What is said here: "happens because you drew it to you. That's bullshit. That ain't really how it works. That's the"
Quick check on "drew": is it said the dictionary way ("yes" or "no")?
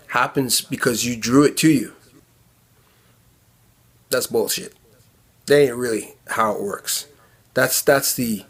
yes